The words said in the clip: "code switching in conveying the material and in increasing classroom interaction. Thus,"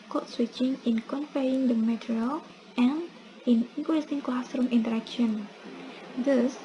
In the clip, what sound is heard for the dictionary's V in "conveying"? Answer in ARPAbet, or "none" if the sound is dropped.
F